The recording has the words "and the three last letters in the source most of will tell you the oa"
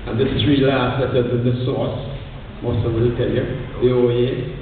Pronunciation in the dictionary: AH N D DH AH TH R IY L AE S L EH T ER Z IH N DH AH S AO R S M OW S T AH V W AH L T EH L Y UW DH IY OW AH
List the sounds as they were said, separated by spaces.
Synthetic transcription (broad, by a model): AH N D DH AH T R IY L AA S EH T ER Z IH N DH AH S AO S M OW S T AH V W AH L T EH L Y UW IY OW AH